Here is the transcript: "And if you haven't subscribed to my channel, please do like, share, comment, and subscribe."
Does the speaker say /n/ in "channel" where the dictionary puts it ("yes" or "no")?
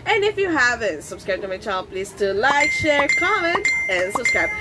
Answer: no